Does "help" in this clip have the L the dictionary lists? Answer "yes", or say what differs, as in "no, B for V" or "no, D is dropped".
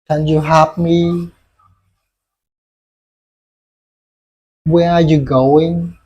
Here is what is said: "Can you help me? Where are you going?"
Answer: no, L is dropped